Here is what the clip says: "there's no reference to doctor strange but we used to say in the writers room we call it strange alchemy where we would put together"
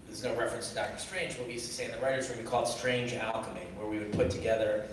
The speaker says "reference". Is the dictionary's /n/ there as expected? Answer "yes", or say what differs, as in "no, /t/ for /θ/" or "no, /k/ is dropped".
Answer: yes